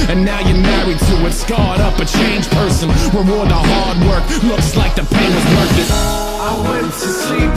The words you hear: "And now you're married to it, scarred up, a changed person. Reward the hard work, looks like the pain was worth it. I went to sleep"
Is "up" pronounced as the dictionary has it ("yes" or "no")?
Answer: yes